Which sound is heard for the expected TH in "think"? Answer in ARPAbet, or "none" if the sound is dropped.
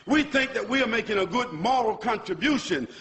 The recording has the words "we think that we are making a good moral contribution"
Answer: TH